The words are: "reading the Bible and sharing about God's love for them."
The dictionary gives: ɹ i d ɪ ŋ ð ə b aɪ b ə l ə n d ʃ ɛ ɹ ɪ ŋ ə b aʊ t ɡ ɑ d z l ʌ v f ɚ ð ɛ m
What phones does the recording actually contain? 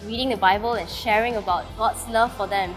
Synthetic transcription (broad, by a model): ɹ i d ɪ ŋ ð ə b aɪ b ə l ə n ʃ ɛ ɹ ɪ ŋ ə b aʊ t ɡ ɑ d s l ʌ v f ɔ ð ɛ m